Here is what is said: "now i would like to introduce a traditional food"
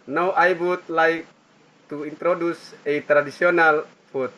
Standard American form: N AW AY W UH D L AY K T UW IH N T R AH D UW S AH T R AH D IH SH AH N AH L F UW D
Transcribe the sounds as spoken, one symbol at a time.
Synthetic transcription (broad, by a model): N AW AY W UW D L AY K T UW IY N T R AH D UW S AH T R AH D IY S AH N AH L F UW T